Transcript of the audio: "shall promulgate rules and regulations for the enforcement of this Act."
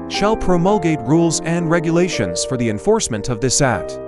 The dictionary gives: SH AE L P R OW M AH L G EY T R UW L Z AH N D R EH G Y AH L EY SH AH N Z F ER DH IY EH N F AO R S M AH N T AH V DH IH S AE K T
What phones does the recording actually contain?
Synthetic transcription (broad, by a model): SH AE L P R OW M AH L G EY T R UW L Z AH N D R EH G Y AH L EY SH AH N Z F ER DH IY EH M F AO R S M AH N T AH V DH IH S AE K T